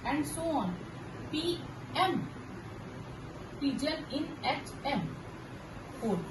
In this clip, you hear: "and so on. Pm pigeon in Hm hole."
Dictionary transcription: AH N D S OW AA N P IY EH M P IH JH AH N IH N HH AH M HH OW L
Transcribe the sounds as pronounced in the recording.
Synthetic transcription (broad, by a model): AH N D S OW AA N P IY EH M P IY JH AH L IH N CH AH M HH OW